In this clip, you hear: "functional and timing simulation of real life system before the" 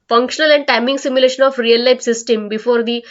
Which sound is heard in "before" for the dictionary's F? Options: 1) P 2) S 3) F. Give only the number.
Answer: 3